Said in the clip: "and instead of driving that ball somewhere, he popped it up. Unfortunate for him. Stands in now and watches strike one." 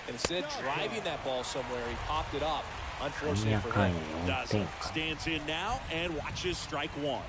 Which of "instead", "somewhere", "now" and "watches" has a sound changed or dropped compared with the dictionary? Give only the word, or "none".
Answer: instead